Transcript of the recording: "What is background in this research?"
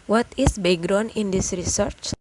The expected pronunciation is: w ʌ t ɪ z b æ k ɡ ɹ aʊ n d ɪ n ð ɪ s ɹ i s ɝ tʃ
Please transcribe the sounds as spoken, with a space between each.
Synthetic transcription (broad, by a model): w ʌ t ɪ s b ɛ ɡ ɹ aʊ n ɪ n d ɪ s ɹ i s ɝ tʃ